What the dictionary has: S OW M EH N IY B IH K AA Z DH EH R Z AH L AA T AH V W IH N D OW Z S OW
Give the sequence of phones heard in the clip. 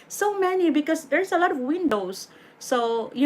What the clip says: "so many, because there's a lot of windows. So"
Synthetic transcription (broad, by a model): S OW M EH N IY B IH K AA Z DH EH R S AH L AA T AH V W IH N D OW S OW